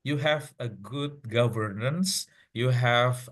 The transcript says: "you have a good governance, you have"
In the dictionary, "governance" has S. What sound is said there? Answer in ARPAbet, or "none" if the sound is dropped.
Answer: S